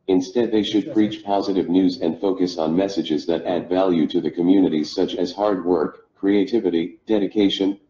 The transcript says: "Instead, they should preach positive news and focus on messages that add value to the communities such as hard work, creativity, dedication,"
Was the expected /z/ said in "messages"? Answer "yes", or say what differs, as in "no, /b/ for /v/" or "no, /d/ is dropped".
yes